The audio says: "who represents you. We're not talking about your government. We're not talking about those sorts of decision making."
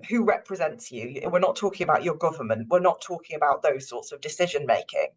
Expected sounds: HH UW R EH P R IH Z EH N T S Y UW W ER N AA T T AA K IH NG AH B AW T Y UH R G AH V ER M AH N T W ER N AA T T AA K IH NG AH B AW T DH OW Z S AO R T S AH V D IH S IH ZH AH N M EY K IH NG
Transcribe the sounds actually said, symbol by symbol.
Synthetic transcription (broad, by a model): HH UW R EH P R IH Z EH N T S Y UW W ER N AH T T AA K IH NG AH B AW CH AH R G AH V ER M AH N T W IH N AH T T AA K IH NG AH B AW T DH OW Z S AO T S AH V D IH S IH ZH AH N M EY K IH NG